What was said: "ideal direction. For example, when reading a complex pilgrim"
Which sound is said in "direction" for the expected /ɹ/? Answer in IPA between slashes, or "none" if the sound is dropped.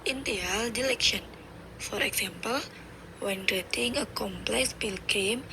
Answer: /l/